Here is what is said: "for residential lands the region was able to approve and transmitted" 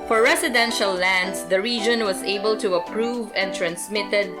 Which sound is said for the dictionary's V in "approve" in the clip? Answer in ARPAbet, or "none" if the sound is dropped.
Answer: V